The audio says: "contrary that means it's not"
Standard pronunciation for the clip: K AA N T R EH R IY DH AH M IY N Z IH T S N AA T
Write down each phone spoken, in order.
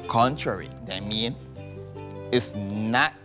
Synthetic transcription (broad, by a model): K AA N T R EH R IY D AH M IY N IH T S N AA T